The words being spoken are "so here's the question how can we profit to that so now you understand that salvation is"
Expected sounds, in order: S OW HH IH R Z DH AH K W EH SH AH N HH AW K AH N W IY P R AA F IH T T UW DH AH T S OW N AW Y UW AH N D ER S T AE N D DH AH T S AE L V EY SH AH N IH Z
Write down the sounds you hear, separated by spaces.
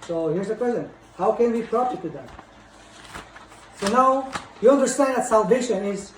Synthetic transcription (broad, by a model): S OW HH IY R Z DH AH K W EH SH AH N HH AW K AH N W IY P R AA P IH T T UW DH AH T S OW N AW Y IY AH L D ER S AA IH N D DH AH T S AE L V EY SH AH N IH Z